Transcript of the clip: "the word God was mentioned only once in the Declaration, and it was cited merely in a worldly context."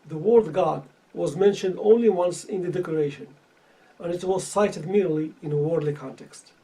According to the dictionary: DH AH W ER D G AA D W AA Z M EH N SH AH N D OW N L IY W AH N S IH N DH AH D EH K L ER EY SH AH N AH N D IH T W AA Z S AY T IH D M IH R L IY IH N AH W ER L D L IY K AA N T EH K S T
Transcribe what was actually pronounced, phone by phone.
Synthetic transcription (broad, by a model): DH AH W ER D G AA D W AA Z M EH N SH AH N D OW N L IY W AH N S IH N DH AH D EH K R EY SH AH N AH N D IH T W AA Z S AY T IH D M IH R L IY IH N AH W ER D L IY K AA N T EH K S T